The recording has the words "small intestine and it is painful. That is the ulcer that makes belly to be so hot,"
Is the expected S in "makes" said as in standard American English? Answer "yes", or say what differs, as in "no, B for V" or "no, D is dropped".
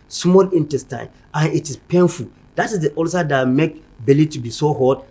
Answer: no, S is dropped